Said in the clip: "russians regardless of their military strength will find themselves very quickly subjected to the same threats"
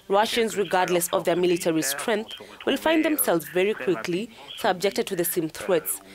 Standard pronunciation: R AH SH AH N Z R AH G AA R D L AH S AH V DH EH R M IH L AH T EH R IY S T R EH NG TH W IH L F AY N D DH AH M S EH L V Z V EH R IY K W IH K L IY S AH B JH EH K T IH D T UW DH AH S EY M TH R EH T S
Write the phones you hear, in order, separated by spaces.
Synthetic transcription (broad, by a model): R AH SH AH N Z R AH G AA R D L AH S AH V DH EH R M IH L AH T EH R IY S T R EH NG TH W IH L F AY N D DH AH M S EH L V Z V EH R IY K W IH K L IY S AH B JH EH K T IH D T UW DH AH S EY M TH R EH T S